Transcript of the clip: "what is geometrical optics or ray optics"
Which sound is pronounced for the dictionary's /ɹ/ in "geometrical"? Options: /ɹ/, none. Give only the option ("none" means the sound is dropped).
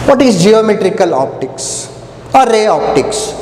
/ɹ/